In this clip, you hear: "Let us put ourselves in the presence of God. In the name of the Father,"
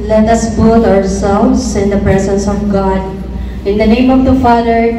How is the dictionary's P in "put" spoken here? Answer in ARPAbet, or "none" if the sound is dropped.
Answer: B